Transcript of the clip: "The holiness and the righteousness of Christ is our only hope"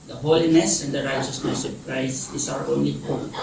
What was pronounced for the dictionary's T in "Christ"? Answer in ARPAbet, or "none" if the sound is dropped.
none